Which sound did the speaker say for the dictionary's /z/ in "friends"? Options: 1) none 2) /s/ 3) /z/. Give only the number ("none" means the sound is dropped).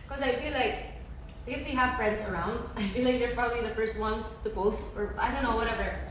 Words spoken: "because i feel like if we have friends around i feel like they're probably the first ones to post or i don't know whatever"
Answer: 3